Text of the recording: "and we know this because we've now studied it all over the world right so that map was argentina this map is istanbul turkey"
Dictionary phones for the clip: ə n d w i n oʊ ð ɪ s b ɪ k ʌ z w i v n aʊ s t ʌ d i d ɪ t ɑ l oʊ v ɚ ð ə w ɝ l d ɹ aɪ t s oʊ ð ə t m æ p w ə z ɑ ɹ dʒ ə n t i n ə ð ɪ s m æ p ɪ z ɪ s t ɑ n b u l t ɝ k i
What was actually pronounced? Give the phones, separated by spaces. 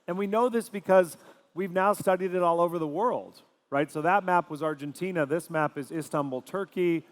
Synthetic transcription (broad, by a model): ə n w i n oʊ ð ɪ s b ɪ k ʌ z w i v n aʊ s t ʌ d i d ɪ t ɑ l oʊ v ɚ ð ə w ɝ l d ɹ aɪ t s oʊ ð ə t m æ p w ə z ɑ ɹ dʒ ə n t i n ə ð ɪ s m æ p ɪ z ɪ s t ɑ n b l t ɝ k i